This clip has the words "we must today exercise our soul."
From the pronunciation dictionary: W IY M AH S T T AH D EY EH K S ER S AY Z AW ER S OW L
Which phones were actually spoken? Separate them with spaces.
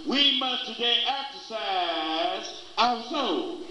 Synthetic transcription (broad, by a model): W IY M AH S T T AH D EY EH K S ER S AY Z AW ER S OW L